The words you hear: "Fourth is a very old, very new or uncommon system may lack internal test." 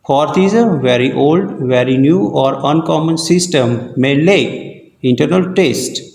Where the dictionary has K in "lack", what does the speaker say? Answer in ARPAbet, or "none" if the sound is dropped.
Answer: none